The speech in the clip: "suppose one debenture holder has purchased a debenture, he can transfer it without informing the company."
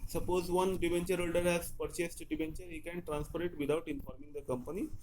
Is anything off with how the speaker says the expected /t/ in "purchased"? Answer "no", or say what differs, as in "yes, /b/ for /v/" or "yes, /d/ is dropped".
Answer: no